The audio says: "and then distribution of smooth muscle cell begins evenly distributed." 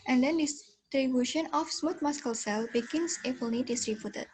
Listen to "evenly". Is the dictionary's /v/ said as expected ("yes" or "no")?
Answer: no